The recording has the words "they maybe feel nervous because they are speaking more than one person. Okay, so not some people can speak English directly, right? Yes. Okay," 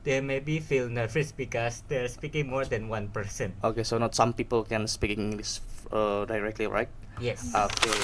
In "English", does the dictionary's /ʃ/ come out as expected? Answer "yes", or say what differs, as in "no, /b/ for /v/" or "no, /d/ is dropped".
no, /s/ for /ʃ/